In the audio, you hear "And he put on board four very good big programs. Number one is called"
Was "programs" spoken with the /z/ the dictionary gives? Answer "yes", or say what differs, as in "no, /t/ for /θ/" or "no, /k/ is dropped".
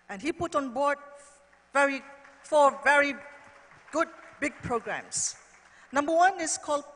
no, /s/ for /z/